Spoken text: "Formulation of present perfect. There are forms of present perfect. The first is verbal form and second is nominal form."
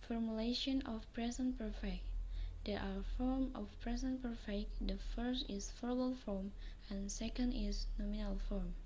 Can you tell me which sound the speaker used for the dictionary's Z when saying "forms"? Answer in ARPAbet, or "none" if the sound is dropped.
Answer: none